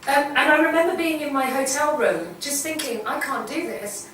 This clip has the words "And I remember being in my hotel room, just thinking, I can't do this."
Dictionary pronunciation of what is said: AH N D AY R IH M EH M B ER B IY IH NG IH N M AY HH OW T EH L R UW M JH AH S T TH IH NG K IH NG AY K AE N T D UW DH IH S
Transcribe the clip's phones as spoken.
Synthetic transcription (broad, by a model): AH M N AY R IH M EH M B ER B IY IH NG IH N M AY HH OW T EH L R UW M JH AH S TH IH NG K IH NG AY K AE N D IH DH IH S